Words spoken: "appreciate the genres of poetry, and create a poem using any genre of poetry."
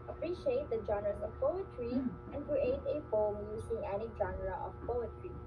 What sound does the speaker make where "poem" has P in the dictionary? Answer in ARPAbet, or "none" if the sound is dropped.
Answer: F